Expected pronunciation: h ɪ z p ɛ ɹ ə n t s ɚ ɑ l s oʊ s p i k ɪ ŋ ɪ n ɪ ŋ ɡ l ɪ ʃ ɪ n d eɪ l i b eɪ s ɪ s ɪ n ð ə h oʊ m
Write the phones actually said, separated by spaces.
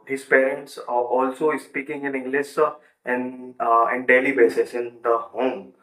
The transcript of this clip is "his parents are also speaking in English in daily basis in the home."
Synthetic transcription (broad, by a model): h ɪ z p ɛ ɹ ə n t s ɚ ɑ l s oʊ s p i k ɪ ŋ ɪ n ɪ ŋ ɡ l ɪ s ɪ n d eɪ l i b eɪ s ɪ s ɪ n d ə h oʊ m